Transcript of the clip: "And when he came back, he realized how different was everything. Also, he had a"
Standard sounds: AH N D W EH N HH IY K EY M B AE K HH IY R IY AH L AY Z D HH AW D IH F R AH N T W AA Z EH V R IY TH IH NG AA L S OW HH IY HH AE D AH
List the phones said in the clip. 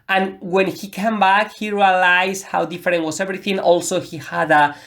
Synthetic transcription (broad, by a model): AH N W EH N HH IY K EY M B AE K HH IY R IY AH L AY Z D HH AW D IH F R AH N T W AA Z EH V R IY TH IH NG AA L S OW HH IY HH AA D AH